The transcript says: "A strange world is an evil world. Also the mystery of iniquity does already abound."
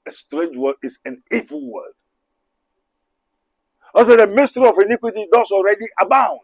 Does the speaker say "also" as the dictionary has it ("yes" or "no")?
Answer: no